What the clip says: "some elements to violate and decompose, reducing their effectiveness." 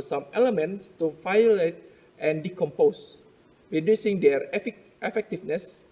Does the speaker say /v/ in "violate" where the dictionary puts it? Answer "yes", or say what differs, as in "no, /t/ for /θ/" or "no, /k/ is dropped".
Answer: no, /f/ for /v/